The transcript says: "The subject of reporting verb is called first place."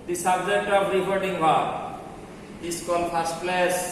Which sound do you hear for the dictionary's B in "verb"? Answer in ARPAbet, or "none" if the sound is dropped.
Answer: none